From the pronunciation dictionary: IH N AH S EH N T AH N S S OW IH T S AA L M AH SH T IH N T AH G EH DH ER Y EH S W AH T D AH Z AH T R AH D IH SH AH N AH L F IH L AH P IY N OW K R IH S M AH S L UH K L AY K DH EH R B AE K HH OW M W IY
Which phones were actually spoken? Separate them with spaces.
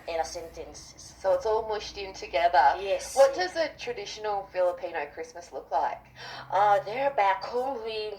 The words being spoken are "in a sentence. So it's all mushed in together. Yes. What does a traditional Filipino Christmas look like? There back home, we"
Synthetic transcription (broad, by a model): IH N AH S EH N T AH N S S OW IH T S AA L M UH SH T IH N T AH G EH DH ER Y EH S W AH T D AH Z AH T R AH D IH SH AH N L F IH L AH P IY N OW K R IH S M AH S L UH K L AY K DH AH R B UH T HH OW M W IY